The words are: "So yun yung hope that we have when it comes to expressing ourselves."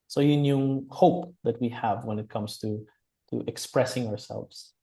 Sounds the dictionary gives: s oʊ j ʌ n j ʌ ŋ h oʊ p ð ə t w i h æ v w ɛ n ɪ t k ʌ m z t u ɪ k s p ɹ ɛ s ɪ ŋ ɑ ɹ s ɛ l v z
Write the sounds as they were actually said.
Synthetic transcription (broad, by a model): s oʊ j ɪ n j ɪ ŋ h oʊ p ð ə t w i h æ v w ɛ n ɪ t k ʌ m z t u ɪ k s p ɹ ɛ s ɪ ŋ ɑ ɹ s ɛ l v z